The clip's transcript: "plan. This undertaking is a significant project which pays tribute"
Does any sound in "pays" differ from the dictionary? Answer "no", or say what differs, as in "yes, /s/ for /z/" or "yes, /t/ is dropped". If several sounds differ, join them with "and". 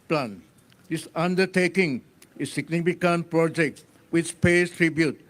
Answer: yes, /s/ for /z/